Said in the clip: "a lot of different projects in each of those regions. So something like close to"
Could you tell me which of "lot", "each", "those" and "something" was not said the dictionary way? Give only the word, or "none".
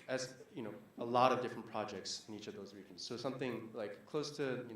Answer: none